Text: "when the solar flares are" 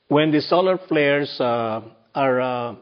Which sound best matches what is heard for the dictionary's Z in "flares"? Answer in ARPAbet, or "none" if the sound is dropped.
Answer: S